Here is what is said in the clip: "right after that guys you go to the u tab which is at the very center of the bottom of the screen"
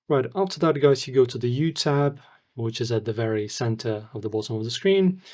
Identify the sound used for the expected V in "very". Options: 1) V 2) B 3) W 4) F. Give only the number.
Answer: 1